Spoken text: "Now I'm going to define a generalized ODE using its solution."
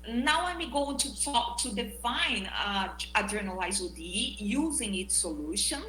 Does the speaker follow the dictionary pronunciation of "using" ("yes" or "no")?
yes